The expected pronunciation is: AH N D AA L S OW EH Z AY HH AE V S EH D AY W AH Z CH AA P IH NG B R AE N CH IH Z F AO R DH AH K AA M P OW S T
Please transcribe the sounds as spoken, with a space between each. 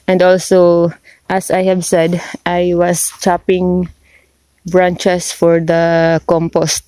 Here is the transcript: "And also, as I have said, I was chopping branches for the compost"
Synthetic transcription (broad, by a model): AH N D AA L S OW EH S AY HH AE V S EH D AY W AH S CH AA P IH NG B R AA N CH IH S F AO R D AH K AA M P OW S T